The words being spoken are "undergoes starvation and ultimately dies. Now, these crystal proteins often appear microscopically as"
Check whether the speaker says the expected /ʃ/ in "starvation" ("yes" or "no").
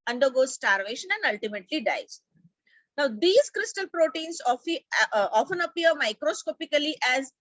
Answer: yes